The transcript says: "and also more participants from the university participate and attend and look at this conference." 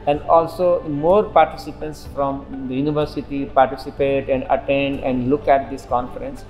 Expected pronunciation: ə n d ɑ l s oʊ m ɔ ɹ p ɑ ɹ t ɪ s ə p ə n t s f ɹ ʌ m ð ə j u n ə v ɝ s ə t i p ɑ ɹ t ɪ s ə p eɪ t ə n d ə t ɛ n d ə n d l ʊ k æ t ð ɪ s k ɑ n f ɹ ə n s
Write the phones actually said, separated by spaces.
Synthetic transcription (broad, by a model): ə n d ɑ l s oʊ m ɔ ɹ p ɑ ɹ t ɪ s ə p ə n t s f ɹ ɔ m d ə j u n ə v ɝ s ə t i p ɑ ɹ t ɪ s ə p eɪ t ə n d ə t ɛ n d ə n d l ʊ k æ t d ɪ s k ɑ n f ɹ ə n s